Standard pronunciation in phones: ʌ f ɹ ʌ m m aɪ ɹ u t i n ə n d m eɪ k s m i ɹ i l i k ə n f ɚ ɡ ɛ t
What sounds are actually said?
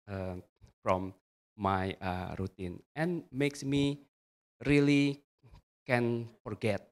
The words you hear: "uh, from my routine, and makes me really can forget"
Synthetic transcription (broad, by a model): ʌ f ɹ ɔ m m aɪ ɹ u t i n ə n m eɪ k s m i ɹ i l i k ə n f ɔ ɡ ɛ t